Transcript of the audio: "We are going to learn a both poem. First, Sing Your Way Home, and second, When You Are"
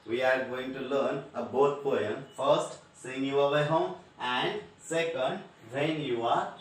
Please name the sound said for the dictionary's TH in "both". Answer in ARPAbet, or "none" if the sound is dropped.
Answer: T